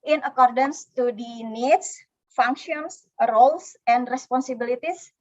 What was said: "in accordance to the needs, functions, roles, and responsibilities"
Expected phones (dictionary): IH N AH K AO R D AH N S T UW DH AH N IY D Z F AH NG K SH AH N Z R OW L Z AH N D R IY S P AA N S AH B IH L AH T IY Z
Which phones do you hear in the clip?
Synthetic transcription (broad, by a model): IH N AH K AO R D AH N S T UW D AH N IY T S F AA NG K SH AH N S R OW L S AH N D R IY S P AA N S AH B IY L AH T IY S